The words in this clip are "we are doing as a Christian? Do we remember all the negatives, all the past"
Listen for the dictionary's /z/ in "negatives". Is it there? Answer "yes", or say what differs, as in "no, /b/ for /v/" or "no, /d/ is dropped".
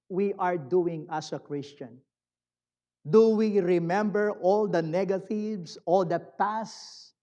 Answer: no, /s/ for /z/